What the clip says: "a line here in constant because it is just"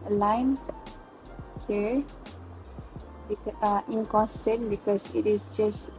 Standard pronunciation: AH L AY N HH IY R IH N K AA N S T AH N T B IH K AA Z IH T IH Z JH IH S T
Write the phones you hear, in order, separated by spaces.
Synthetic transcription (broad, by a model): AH L AY N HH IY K IH N K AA N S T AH N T B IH K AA S IH T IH S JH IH S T